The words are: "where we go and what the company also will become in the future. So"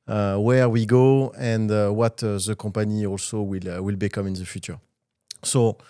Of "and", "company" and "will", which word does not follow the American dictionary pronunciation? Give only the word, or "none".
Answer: company